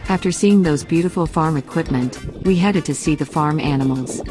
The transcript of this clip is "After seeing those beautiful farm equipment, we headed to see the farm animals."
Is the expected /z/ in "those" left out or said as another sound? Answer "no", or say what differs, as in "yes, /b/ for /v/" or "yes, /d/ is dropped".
no